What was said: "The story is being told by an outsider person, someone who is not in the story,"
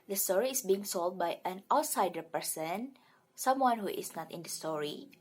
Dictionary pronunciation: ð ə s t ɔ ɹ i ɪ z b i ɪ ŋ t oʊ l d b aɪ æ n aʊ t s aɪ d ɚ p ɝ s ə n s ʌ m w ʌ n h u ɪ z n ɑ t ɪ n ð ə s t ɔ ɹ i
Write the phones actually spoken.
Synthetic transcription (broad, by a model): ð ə s t ɔ ɹ i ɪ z b i ɪ ŋ s oʊ l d b aɪ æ n aʊ t s aɪ d ɚ p ɝ s ə n s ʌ m w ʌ n h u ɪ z n ɑ t ɪ n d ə s t ɔ ɹ i